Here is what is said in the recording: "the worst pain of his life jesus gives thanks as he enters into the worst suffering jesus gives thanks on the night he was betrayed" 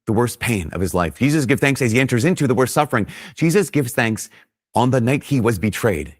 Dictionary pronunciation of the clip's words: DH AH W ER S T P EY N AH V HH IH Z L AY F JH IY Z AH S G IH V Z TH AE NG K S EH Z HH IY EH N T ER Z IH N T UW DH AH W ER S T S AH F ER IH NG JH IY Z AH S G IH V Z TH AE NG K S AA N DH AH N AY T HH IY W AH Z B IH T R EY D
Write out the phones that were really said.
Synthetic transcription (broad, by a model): DH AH W ER S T P EY N AH V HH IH Z L AY F JH IY Z AH S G IH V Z TH AE NG K S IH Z IY EH N T ER Z IH N T UW DH AH W ER S T S AH F ER IH NG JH IY Z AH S G IH V Z TH AE NG K S N DH AH N AY T HH IY W AH Z B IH T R EY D